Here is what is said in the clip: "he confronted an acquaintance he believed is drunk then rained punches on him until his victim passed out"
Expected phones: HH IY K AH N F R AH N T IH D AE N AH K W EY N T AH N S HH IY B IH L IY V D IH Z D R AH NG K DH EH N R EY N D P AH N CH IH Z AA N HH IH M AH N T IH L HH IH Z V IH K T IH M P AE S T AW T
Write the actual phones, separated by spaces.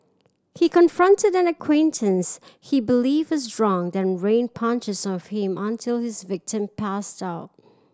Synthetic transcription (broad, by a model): HH IY K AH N F R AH N T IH D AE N AH K W EY N T AH N S HH IY B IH L IY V IH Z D R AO NG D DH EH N R EY N P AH N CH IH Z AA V HH IH M AH N T IH L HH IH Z V IH K T IH M P AE S T AW T